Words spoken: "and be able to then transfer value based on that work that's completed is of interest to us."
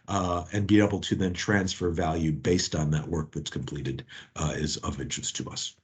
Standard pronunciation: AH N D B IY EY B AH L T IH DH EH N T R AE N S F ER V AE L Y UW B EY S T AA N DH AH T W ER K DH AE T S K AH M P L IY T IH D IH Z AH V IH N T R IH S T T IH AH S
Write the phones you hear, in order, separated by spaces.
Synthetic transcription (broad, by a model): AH N B IY EY B L T IH DH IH N T R AE N S F ER V AE L Y UW B EY S T N DH AH T W ER K DH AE T S K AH M P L IY T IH D IH Z AH V IH N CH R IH S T T IH AH S